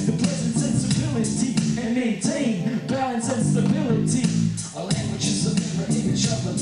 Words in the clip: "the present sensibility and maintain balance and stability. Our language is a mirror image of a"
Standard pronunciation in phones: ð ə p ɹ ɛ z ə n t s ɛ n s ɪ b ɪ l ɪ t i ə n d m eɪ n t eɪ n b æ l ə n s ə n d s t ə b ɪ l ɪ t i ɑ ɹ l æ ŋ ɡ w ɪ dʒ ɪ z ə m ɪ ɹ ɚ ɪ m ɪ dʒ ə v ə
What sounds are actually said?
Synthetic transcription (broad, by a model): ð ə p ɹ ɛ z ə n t s ɛ n s ɪ b ɪ l ɪ t i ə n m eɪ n t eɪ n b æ ə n s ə n s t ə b ɪ l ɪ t i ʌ l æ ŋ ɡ w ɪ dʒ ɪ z ə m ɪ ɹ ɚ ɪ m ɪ ʃ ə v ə